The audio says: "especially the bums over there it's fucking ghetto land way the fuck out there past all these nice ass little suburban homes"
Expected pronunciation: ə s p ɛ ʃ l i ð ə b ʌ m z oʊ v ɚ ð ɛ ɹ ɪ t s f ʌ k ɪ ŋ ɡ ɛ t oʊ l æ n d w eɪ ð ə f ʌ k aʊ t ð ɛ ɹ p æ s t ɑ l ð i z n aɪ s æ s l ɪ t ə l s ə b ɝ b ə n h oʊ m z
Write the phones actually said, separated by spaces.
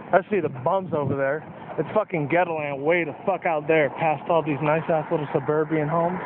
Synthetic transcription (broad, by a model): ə s i ð ə b ʌ m z oʊ v ɚ ð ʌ ɹ ɪ t s f ʌ k ɪ ŋ ɡ ɛ t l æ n w eɪ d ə f ʌ k aʊ t ð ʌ ɹ p æ s t ɑ l ð i z n aɪ s æ s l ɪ t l s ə b ɝ b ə n h oʊ m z